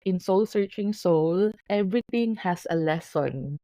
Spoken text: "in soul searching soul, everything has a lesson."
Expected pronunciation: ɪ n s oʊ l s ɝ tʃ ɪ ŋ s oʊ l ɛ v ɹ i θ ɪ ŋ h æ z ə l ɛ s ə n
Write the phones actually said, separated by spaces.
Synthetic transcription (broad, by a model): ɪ n s oʊ l s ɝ tʃ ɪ ŋ s oʊ l ɛ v ɹ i t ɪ ŋ h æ s ə l ɛ s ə n